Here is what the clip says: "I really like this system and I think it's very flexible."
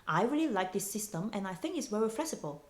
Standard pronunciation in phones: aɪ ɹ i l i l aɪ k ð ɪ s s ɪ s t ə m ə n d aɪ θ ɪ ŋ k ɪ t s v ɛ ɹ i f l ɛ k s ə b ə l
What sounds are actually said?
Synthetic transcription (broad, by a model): aɪ ɹ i l i l aɪ k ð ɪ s s ɪ s t ə m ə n aɪ θ ɪ ŋ k ɪ t s w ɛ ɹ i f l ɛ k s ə b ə l